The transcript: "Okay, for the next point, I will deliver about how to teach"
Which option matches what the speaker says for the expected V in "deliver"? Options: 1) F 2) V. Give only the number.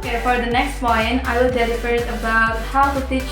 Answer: 1